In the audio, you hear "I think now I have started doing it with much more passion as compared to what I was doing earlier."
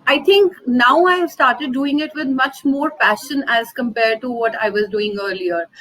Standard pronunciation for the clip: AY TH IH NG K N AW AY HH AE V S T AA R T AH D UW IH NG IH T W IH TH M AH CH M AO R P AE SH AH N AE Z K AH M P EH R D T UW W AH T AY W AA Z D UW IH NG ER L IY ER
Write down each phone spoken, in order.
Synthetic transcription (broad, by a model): AY T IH NG K N AW AY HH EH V S T AA R T AH D UW IH NG IH T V IH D M AH CH M AO R F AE SH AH N AE Z K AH M P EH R D T UW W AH T AY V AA Z D UW IH NG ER L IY ER